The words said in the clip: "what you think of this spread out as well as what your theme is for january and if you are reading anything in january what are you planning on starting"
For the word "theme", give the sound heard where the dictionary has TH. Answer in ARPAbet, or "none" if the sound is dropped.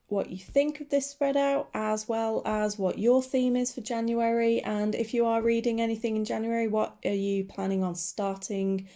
TH